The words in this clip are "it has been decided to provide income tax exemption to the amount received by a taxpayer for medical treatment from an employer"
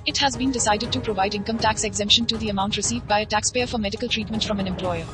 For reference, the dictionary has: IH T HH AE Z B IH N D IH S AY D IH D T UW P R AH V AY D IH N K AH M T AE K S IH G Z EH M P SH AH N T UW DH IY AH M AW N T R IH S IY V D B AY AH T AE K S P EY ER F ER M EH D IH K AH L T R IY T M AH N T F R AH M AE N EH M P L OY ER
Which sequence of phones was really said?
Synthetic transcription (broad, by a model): IH T HH AE Z B IH N D IH S AY D IH D T UW P R AH V AY D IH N K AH M T AE K S IH G Z EH M P SH AH N T UW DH IY AH M AW N T R IH S IY V D B AY AH T AE K S P EY ER F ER M EH D IH K AH L T R IY T M AH N T F R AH M AE N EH M P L OY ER